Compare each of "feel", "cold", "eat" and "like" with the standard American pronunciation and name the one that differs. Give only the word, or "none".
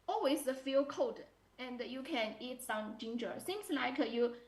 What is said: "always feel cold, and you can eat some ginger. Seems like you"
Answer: cold